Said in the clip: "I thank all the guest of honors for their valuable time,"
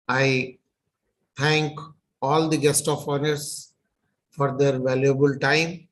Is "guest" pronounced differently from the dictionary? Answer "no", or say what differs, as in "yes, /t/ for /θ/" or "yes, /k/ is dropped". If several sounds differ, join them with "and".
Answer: no